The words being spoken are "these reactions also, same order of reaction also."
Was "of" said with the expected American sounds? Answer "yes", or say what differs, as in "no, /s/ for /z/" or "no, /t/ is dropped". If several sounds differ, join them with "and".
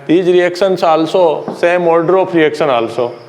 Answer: no, /p/ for /v/